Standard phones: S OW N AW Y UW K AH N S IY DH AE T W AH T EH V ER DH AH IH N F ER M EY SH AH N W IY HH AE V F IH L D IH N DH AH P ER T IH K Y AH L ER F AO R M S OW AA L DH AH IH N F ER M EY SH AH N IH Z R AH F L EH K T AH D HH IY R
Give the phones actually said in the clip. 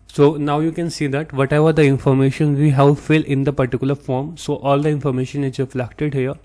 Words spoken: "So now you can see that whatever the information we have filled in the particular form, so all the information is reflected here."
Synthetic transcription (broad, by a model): S OW N AW Y UW K AH N S IY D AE T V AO T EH V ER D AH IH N F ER M EY SH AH N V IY HH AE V F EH L IH N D AH P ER T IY K Y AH L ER F AO R M S OW AA L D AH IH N F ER M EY SH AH N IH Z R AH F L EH K T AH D HH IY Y